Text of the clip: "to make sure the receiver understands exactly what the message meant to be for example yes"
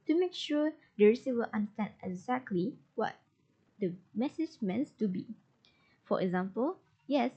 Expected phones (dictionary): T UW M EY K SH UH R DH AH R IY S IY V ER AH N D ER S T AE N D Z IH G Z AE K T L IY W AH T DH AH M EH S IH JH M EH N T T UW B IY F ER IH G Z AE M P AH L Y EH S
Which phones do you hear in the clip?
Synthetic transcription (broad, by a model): T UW M EY K SH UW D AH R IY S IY W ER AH N D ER S T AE N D IH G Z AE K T L IY W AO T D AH M EH S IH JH M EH N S T UW B IY F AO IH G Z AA M P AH L Y EH S